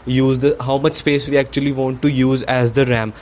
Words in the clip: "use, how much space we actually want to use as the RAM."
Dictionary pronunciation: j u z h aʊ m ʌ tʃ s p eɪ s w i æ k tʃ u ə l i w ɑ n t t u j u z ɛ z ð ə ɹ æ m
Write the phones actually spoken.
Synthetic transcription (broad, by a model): j u z h aʊ m ʌ tʃ s p eɪ s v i æ k tʃ u ə l i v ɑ n t t u j u z ɛ z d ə ɹ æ m